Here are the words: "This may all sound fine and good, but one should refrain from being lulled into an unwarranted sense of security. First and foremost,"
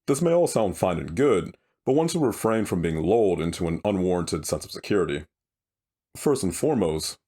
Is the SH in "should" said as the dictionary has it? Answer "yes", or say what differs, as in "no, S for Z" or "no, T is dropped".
no, S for SH